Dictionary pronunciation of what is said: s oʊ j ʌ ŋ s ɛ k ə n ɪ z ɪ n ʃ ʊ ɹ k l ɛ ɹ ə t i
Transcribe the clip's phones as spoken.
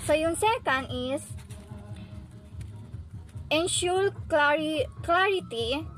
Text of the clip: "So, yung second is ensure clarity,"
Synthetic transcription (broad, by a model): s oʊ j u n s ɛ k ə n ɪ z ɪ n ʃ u l k l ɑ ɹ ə t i